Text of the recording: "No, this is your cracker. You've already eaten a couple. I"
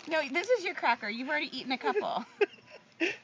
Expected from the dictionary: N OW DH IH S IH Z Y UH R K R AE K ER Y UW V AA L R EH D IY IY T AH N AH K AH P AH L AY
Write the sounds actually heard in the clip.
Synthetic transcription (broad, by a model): N OW DH IH S IH Z Y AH R K R AE K ER Y UW V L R EH D IY IY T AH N AH K AH P L